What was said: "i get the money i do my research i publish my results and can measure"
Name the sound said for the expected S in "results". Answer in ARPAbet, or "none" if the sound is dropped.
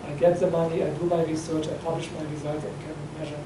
none